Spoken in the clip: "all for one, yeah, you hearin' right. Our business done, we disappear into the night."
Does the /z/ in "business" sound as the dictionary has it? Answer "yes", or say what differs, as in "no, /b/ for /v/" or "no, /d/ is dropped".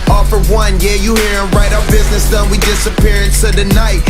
yes